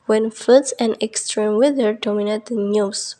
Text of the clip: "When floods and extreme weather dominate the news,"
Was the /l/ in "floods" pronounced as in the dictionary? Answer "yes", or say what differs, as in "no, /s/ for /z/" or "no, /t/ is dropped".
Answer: no, /l/ is dropped